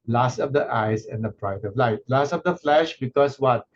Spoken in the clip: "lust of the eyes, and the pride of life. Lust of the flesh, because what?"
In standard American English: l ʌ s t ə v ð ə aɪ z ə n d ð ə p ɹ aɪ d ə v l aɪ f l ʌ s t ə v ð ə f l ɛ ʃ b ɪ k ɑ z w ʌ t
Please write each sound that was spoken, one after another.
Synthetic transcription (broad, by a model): l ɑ s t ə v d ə aɪ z ə n d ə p ɹ aɪ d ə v l aɪ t l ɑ s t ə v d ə f l ɛ ʃ b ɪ k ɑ s w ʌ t